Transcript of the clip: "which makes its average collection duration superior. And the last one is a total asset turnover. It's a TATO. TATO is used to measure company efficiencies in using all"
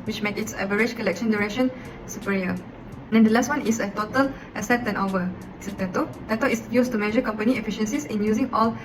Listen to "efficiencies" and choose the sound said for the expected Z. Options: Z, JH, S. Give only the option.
S